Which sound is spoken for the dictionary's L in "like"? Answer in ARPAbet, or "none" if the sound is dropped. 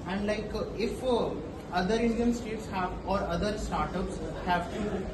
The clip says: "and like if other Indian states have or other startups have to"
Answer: L